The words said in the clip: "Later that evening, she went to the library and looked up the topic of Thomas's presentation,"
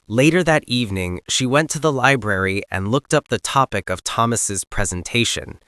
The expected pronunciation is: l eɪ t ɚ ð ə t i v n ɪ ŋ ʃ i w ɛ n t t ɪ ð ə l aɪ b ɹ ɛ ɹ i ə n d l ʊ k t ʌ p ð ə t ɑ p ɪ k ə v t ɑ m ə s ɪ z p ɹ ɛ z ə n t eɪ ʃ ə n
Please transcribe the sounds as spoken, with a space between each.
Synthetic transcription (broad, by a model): l eɪ t ɚ ð ə t i v n ɪ ŋ ʃ i w ɛ n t t ɪ ð ə l aɪ b ɹ ɛ ɹ i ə n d l ʊ k t ʌ p ð ə t ɑ p ɪ k ə v t ɑ m ə s ɪ z p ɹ ɛ z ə n t eɪ ʃ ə n